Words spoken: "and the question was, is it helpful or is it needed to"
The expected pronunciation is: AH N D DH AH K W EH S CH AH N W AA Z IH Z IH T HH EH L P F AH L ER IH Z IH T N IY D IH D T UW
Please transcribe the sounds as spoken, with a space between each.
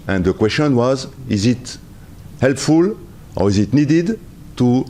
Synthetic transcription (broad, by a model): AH N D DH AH K W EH S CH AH N W AA Z IH Z IH T HH EH L P F AH L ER IH Z IH T N IY D IH D T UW